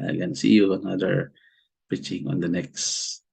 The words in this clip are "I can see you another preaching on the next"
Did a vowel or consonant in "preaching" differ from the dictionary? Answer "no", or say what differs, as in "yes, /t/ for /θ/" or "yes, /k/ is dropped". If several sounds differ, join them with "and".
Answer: yes, /ɹ/ is dropped